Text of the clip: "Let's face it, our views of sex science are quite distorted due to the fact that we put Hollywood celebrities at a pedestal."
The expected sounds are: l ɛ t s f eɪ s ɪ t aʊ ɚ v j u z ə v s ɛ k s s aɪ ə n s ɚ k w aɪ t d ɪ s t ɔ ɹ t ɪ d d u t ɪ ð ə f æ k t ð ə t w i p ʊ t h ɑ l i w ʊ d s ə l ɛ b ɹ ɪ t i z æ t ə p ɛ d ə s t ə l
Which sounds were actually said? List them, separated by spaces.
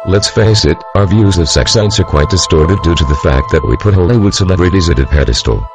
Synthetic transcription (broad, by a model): l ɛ t s f eɪ s ɪ t aʊ ɚ v j u z ə v s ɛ k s s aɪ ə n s ɚ k w aɪ t d ɪ s t ɔ ɹ t ɪ d d u t ɪ ð ə f æ k t ð ə t w i p ʊ t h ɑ i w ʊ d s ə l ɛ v ɹ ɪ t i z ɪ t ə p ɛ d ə s t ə l